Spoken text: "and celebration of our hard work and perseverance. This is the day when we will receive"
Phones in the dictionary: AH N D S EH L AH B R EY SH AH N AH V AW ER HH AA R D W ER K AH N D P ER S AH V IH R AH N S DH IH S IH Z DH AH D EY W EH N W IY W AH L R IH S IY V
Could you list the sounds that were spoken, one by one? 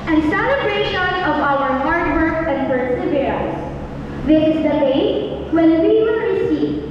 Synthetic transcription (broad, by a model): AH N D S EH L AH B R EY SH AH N AH V AW ER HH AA R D W ER K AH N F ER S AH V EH AH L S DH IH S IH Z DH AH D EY W EH N W IY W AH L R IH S IY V